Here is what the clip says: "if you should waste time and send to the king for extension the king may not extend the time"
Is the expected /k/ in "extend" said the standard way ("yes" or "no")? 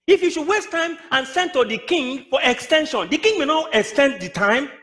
yes